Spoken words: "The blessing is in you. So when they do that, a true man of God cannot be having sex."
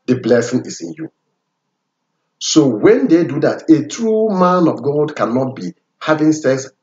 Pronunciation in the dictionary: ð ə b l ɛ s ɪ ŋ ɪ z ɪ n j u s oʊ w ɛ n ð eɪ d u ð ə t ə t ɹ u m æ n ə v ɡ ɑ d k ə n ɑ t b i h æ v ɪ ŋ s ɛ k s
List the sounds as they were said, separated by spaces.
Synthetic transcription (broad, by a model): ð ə b l ɛ s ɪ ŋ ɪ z ɪ n j u s oʊ w ɛ n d eɪ d u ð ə t ə t ɹ u m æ n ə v ɡ ɑ d k ə n ɑ t b i h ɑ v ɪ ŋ s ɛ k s